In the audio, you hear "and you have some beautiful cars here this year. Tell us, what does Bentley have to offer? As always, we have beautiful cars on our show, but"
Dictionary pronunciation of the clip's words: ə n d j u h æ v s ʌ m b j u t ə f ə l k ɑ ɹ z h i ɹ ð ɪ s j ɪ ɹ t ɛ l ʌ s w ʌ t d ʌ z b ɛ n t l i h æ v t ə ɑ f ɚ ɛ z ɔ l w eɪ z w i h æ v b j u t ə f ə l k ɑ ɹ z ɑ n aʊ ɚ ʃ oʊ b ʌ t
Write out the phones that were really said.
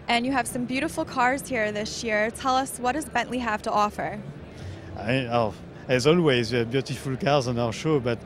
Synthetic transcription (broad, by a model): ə n j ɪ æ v s ʌ m b j u t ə f l k ɑ ɹ z h i ɹ ð ɪ s j ɪ ɹ t ɛ l ʌ s w ʌ t d ʌ z b ɛ n t l i h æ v t ə ɑ f ɚ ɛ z ɔ l w eɪ z w i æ v b j u t ə f ə l k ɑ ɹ z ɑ n aʊ ɚ ʃ oʊ b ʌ t